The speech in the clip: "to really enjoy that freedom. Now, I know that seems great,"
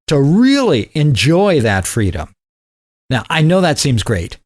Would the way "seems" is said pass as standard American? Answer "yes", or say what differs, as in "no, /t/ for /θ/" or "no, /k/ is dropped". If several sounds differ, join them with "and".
yes